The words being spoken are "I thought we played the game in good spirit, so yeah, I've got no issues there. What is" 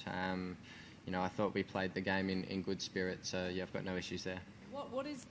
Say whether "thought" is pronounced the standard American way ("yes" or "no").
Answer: yes